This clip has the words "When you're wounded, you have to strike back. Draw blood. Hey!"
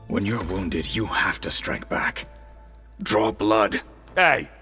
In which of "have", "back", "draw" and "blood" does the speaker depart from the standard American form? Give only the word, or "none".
have